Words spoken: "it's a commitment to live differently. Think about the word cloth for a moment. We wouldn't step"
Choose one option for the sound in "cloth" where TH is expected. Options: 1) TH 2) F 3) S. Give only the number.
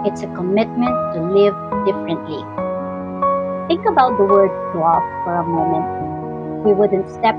3